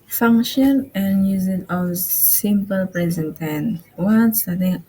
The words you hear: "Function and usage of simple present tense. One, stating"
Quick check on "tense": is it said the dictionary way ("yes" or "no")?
no